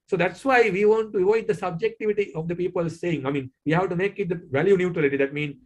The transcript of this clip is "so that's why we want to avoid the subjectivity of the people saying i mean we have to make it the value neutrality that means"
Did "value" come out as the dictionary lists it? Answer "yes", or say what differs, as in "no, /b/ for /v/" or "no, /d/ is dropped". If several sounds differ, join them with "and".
yes